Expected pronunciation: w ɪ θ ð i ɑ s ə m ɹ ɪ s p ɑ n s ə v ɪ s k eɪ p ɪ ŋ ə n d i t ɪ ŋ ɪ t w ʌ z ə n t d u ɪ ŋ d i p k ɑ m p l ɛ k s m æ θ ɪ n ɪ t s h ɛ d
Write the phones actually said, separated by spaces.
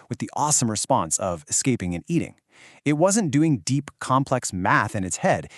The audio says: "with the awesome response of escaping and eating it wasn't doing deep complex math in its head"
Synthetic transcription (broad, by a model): w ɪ ð i ɑ s ə m ɹ ɪ s p ɑ n s ə v ɪ s k eɪ p ɪ ŋ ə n i t ɪ ŋ ɪ t w ʌ z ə n d u ɪ ŋ d i p k ɑ m p l ɛ k s m æ θ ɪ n ɪ t s h ɛ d